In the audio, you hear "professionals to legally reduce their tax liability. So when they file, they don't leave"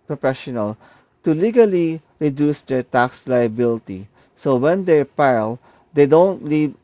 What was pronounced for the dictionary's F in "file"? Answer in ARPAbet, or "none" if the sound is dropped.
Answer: P